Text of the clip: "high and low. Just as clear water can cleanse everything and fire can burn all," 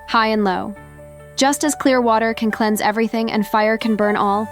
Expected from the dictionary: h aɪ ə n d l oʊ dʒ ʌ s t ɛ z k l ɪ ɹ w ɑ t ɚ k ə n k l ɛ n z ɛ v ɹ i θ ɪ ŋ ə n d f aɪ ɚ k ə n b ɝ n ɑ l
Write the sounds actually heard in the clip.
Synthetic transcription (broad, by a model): h aɪ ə n l oʊ dʒ ʌ s t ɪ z k l ɪ ɹ w ɑ t ɚ k ə n k l ɛ n z ɛ v ɹ i θ ɪ ŋ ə n f aɪ ɚ k ə n b ɝ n ɑ l